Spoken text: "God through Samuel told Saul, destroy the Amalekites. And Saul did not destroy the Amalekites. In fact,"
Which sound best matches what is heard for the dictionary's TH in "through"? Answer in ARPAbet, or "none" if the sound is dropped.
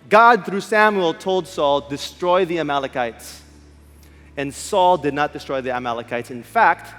TH